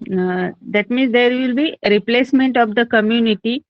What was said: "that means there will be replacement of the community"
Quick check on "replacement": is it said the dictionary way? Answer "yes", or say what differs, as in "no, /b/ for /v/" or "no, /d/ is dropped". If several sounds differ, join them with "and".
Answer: yes